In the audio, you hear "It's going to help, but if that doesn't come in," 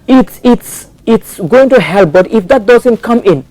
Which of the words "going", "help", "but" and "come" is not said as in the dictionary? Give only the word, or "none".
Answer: none